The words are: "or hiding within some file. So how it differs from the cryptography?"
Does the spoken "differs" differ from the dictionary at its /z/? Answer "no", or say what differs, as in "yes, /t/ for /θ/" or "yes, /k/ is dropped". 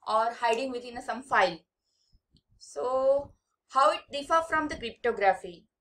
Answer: yes, /z/ is dropped